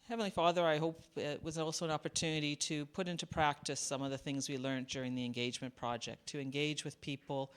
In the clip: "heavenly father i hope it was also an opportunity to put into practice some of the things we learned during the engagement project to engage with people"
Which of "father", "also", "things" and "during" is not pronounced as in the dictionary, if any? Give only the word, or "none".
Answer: none